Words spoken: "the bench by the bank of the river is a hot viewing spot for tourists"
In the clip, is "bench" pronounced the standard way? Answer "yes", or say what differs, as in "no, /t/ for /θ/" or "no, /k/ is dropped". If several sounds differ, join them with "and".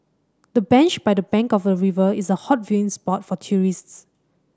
yes